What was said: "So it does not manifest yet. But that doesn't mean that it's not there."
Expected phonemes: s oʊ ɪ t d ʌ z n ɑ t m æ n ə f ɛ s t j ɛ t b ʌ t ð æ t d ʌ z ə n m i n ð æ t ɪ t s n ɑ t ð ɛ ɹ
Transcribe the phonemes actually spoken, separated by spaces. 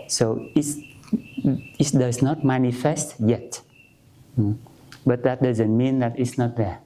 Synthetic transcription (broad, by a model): s oʊ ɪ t d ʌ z n ɑ t m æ n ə f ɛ s t j ɛ t b ʌ t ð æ t d ʌ z ə n m i n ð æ t ɪ t s n ɑ t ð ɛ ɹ